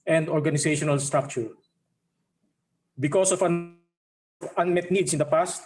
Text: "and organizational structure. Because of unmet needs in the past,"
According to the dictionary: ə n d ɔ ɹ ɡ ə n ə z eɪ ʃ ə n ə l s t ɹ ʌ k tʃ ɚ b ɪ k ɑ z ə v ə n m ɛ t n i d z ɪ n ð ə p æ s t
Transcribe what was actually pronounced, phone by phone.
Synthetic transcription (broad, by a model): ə n d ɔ ɹ ɡ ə n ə s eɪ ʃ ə n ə l s t ɹ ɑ k tʃ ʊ b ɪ k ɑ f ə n ə n m ɛ t n i d s ɪ n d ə p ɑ s t